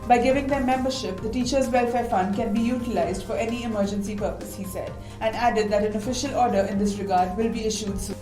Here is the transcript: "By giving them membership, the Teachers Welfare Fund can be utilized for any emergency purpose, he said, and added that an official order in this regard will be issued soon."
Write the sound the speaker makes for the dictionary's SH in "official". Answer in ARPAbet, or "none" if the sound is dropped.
SH